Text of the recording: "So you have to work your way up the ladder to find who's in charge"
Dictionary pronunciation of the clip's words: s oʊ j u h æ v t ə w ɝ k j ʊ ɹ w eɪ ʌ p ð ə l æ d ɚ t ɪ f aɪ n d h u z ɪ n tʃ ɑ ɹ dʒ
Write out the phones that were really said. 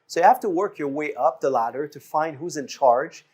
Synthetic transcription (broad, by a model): s oʊ j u h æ f t ə w ɝ k j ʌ ɹ w eɪ ʌ p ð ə l æ d ɚ t ɪ f aɪ n d h u z ɪ n tʃ ɑ ɹ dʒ